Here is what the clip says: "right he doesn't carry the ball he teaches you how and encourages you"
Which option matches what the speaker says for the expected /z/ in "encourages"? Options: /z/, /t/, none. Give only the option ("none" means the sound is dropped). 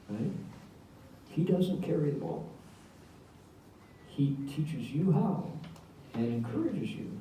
/z/